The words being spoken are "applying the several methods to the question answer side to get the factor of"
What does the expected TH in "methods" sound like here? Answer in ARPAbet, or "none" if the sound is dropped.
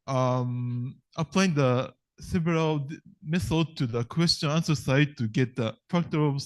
S